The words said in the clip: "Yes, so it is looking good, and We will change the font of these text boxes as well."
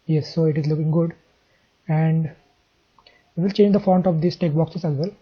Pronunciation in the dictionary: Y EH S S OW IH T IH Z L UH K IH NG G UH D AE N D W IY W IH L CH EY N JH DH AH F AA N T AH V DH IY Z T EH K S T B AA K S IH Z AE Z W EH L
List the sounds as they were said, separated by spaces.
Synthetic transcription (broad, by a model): Y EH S S OW IH T IH Z L UH K IH NG G UH D AE N D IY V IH L CH EY N JH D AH F AA N T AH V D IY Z T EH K B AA K S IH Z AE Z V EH L